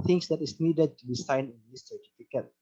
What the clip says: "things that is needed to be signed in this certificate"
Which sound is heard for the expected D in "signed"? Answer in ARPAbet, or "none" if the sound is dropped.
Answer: none